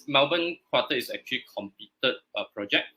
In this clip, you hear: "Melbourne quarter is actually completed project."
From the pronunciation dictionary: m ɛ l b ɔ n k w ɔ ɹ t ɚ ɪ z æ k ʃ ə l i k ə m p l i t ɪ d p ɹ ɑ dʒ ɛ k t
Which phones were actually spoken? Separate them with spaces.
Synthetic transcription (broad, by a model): m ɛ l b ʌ n k w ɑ t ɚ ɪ s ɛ k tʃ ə l i k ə m p i t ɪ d p ɹ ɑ dʒ ɛ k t